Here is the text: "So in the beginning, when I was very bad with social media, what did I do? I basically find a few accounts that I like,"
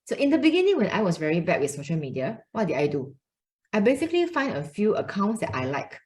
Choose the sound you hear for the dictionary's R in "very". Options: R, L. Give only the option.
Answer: R